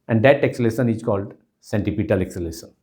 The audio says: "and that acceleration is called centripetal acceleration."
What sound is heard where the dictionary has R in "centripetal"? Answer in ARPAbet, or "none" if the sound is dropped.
none